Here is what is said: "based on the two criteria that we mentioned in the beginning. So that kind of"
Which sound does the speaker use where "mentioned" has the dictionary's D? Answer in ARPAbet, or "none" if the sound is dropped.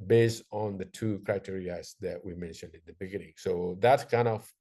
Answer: D